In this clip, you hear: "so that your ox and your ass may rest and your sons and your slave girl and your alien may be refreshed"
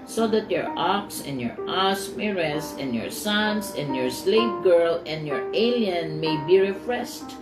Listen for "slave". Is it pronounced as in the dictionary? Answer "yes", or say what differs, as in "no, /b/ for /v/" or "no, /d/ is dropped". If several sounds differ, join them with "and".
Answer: no, /p/ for /v/